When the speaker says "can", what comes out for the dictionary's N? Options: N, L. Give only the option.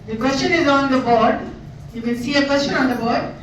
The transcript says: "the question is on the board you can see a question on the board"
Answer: L